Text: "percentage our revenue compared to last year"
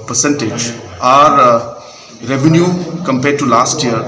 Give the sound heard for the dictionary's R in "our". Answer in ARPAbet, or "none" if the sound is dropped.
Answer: R